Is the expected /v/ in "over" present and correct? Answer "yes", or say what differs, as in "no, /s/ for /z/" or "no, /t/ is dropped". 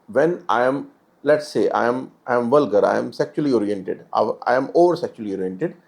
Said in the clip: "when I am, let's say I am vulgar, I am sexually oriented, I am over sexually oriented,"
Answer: yes